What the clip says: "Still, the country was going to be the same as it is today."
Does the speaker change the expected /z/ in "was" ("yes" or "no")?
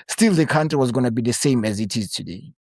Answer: no